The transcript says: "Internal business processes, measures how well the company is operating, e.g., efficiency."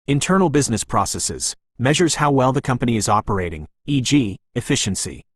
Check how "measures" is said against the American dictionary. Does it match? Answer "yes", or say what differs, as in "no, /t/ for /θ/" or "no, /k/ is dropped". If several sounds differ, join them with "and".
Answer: yes